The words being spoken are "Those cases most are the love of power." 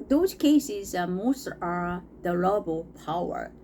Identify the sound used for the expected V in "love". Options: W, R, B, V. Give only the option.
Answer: B